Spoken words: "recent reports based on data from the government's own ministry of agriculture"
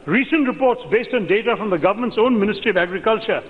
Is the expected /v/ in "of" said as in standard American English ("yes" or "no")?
yes